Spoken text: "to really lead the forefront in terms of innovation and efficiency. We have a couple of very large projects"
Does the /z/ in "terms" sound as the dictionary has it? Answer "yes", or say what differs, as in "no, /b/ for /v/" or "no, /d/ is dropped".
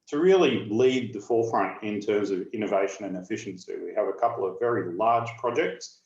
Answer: yes